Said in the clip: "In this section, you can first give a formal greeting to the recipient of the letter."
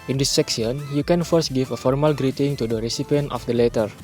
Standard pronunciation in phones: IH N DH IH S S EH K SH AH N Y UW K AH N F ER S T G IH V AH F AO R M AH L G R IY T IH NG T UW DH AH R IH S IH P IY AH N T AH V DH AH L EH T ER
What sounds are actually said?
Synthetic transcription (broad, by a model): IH N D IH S S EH K S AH N Y UW K AH N F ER S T G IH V AH F AO R M AH L G R IY T IH NG T UW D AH R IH S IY P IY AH N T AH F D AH L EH T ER